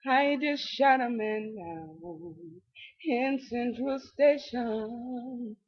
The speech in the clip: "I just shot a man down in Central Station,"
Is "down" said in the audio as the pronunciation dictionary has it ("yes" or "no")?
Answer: no